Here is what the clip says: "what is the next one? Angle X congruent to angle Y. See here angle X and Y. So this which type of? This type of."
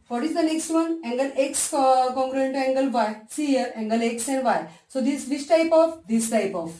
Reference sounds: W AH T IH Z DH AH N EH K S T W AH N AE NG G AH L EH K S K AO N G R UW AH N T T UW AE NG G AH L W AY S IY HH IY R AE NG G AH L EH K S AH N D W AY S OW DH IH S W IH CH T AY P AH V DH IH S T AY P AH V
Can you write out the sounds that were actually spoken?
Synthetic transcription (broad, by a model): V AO T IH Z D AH N EH K S T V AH N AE NG G AH L EH K S K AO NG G R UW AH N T T UW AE NG G AH L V AY S IY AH R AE NG G AH L EH K S AH N D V AY S OW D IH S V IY S T AY P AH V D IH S T AY P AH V